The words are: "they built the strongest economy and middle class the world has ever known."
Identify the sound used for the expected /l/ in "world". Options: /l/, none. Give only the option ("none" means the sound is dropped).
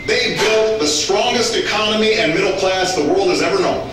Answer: /l/